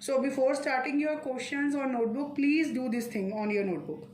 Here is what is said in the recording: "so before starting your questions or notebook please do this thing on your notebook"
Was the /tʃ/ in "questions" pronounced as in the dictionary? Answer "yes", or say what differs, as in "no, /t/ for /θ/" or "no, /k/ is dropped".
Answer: no, /ʃ/ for /tʃ/